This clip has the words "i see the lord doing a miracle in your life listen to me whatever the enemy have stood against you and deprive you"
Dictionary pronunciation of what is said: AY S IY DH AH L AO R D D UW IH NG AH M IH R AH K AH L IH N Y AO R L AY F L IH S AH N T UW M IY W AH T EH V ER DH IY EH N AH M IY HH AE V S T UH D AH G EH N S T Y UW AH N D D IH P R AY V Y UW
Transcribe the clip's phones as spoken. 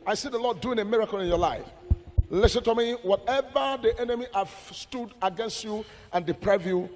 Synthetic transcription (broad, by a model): AY S IY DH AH L AO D D UW IH NG AH M IH R AH K AH L IH N Y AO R L AY F L IH S AH N T UW M IY W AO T EH V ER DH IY EH N AH M IY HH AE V S T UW D AH G EH N S T Y UW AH N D D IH P R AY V Y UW